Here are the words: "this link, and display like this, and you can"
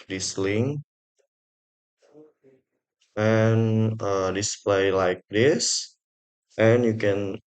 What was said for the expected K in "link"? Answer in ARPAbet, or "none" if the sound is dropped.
none